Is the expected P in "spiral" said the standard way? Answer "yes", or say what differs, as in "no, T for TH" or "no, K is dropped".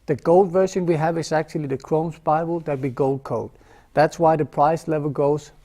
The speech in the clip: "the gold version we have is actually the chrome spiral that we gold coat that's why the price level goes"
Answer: no, B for P